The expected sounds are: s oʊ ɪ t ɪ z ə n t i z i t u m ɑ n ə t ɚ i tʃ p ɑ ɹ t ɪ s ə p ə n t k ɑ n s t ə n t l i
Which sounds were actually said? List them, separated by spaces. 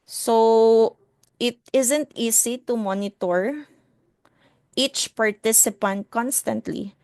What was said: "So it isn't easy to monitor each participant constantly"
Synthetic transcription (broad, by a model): s oʊ ɪ t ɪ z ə n t i s i t u m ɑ n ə t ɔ i tʃ p ɑ ɹ t ɪ s ə p ə n t k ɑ n s t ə n t l i